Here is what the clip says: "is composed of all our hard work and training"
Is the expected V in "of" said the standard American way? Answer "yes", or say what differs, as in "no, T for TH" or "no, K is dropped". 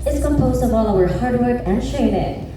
yes